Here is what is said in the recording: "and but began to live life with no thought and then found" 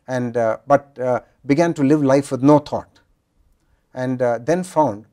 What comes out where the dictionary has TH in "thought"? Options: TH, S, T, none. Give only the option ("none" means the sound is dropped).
T